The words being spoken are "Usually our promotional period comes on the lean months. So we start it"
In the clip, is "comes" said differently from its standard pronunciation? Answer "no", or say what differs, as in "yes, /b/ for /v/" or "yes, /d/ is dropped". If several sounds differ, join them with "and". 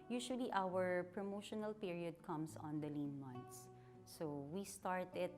yes, /s/ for /z/